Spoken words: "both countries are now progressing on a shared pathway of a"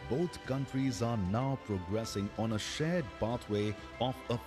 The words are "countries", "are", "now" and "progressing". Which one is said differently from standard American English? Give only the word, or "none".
none